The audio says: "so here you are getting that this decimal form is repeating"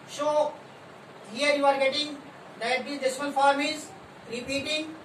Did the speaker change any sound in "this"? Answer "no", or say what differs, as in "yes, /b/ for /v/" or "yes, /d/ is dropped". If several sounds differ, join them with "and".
yes, /s/ is dropped